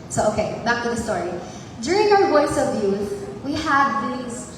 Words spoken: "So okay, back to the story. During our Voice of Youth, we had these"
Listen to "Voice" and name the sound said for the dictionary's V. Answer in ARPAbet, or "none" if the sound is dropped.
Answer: W